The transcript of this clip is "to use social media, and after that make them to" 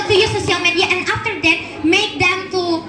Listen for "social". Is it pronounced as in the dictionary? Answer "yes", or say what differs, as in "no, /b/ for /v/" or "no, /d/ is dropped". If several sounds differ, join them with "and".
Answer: no, /s/ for /ʃ/